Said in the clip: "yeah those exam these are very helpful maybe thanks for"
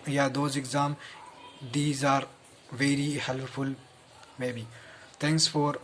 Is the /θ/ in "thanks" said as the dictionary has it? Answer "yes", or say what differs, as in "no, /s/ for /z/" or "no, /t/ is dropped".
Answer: no, /t/ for /θ/